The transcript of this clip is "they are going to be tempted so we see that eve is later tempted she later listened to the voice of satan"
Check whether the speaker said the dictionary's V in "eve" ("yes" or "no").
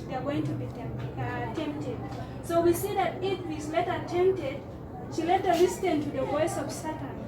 no